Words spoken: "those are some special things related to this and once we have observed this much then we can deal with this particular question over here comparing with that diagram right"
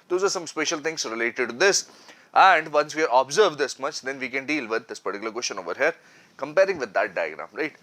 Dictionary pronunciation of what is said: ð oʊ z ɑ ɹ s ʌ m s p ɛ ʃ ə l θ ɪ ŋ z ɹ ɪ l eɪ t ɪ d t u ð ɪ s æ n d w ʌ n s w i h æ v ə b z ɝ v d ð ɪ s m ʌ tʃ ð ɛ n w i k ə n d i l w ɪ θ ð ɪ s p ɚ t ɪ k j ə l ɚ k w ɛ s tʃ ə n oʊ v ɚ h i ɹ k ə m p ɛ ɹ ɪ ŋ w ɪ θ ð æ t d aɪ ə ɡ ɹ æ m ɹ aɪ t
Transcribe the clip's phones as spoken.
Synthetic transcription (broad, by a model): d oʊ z ɑ ɹ s ʌ m s p ɛ ʃ ə l t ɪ ŋ s ɹ ɪ l eɪ t ɪ d t u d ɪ s æ n d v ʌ n s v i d ə b z ɝ v d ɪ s m ʌ tʃ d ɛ n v i k ə n d i l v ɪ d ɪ s p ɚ t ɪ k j l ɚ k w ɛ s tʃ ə n oʊ v ɚ h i ɹ k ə m p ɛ ɹ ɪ ŋ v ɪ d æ t d aɪ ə ɡ ɹ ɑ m ɹ aɪ t